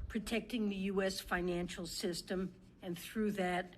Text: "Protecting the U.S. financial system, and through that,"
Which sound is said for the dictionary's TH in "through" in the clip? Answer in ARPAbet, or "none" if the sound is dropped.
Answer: TH